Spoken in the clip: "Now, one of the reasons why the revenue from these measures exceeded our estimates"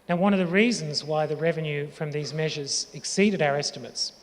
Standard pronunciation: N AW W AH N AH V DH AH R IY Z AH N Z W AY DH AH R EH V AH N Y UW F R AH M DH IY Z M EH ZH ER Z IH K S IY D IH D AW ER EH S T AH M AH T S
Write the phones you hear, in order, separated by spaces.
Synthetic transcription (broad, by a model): N AW W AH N AH V DH AH R IY Z AH N Z W AY DH AH R EH V AH N Y UW F R AH M DH IY Z M EH ZH ER Z IH K S IY D IH D AW ER EH S T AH M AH T S